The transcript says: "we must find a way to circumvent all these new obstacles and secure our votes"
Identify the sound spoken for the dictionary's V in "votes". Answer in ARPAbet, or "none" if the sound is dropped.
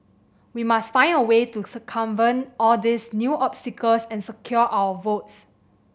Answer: V